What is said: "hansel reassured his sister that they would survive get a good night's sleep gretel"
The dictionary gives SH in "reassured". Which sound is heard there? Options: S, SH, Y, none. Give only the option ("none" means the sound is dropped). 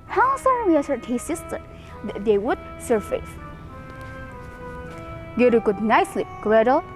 S